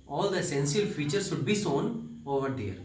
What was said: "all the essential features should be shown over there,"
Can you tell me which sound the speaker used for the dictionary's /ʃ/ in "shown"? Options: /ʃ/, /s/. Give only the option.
/s/